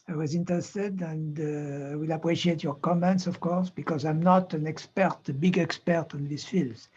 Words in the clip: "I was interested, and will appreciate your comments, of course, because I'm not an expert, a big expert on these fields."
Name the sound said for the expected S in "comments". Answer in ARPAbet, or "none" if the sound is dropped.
S